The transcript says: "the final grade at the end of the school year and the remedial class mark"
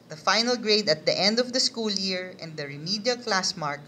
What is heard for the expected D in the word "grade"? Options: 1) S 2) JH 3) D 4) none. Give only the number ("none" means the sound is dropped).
3